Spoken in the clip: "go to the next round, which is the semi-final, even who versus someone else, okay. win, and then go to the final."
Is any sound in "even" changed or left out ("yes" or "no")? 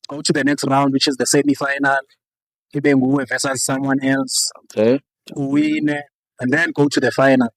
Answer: yes